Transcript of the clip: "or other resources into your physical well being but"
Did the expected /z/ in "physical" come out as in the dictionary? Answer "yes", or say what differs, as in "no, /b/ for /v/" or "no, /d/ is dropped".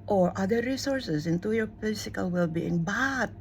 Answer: no, /s/ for /z/